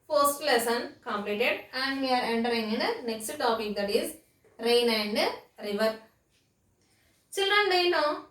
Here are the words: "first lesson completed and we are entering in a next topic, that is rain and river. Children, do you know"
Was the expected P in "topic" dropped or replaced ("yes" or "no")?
no